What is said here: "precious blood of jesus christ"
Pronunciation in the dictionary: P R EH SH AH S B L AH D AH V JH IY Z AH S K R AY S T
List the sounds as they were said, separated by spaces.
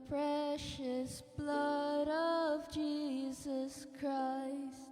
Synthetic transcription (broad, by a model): P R EH SH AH S B L AH D AH V JH IY Z AH S K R AY S T